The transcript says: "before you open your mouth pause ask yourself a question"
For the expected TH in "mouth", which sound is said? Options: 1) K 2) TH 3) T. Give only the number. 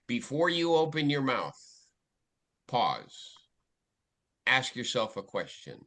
2